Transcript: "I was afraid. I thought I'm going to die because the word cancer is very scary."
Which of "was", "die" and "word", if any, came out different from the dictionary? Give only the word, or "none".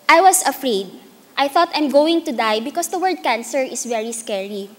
was